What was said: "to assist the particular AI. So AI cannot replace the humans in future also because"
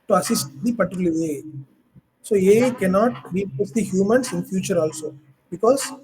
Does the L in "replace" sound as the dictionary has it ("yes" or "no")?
no